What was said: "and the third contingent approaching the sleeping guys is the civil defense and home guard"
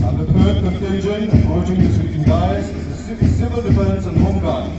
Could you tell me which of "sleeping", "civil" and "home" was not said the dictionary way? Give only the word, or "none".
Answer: sleeping